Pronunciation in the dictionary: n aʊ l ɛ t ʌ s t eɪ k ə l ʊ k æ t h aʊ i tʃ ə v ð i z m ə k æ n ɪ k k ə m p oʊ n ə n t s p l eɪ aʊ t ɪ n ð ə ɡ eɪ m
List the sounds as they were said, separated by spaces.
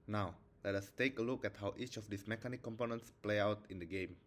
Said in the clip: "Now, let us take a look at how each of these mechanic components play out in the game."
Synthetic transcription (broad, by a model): n aʊ l ɛ t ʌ s t eɪ k ə l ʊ k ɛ t h aʊ i tʃ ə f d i s m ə k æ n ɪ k k ə m p oʊ n ə n t s p l eɪ aʊ t ɪ n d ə ɡ eɪ m